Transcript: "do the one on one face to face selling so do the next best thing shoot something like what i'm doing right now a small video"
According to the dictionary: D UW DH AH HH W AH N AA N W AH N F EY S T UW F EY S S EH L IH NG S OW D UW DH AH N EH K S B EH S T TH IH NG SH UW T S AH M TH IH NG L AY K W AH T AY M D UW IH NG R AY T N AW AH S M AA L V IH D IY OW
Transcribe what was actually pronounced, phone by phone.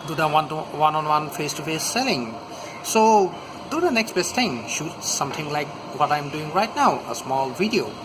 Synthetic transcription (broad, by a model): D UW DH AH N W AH N AA N W AH N F EY S T UW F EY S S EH L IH NG S OW D UW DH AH N EH K S B EH S T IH NG SH UW T S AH M T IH NG L AY K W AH T AY M D UW IH NG R AY T N AW AH S M AA L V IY D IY OW